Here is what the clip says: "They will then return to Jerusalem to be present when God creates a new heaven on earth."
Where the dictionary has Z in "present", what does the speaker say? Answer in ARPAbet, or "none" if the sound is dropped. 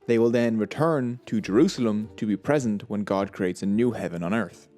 Z